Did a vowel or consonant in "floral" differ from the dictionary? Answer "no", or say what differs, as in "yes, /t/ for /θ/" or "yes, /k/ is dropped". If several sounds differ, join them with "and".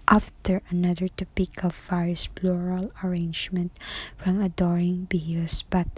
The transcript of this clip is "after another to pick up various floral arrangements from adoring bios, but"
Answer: yes, /p/ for /f/